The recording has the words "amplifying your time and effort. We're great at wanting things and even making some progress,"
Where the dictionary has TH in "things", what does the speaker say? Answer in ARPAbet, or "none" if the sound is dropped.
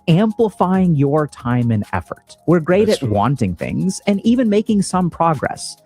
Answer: TH